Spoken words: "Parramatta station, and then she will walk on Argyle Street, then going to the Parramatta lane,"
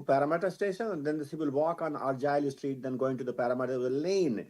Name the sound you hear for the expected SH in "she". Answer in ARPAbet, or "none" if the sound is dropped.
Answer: S